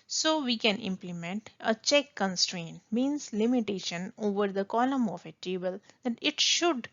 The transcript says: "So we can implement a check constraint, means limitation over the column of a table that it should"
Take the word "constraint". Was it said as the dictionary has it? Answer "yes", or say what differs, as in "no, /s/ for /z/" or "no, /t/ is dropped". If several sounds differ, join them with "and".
yes